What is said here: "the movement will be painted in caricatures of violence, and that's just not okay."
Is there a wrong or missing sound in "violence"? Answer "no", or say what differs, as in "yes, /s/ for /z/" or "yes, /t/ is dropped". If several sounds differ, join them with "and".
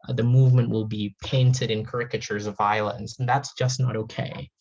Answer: no